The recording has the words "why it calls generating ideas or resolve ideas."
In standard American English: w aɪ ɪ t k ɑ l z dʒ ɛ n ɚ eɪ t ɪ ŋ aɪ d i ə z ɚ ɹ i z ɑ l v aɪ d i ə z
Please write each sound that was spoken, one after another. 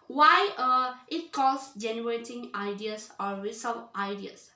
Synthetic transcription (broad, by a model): w aɪ ɪ t k ɑ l s dʒ ɛ n ɚ eɪ t ɪ ŋ aɪ d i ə s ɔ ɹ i s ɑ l aɪ d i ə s